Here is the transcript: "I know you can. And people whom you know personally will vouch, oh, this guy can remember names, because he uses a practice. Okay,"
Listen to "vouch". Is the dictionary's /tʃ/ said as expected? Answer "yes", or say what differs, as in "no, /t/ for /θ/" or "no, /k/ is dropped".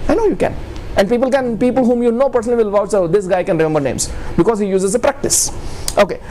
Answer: no, /s/ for /tʃ/